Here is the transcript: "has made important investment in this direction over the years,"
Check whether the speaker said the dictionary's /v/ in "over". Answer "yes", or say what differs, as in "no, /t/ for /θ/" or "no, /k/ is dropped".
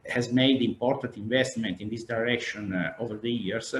yes